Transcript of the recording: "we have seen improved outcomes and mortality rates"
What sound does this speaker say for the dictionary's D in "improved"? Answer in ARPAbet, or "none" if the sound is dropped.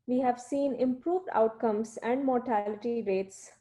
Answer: D